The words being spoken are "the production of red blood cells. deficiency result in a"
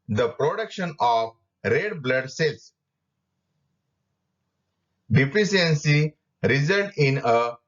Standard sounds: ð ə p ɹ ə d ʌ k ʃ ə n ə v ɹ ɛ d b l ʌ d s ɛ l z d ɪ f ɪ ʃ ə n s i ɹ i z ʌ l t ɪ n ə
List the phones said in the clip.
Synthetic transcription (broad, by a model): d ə p ɹ ə d ʌ k ʃ ə n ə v ɹ ɛ d b l ʌ d s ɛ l s d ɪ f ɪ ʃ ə n s i ɹ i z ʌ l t ɪ n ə